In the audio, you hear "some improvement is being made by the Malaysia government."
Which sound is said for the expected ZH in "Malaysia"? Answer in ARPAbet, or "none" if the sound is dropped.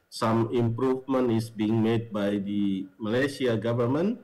S